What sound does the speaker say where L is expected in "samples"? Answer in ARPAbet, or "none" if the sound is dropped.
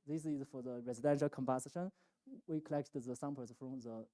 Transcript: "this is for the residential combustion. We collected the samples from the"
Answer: none